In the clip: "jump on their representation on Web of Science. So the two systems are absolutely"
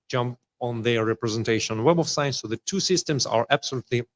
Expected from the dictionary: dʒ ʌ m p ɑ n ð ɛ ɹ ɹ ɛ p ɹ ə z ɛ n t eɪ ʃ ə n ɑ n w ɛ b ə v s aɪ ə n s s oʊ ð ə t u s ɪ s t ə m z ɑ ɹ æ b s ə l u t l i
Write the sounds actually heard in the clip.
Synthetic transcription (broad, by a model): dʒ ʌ m p ɑ n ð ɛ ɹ ɹ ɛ p ɹ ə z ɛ n t eɪ ə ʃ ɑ n w ɛ b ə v s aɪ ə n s s oʊ ð ə t u s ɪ s t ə m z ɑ ɹ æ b s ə l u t l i